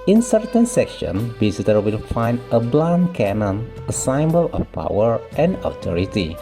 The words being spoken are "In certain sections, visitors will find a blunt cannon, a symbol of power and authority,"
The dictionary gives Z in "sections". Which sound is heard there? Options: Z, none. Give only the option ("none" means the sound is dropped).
none